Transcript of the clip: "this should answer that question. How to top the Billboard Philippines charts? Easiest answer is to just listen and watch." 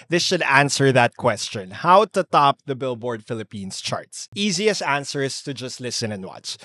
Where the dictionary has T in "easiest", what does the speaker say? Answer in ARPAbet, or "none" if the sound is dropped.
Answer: none